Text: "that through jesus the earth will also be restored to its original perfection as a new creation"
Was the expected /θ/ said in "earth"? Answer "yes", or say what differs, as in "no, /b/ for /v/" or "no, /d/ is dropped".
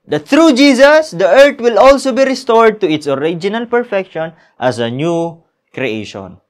no, /t/ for /θ/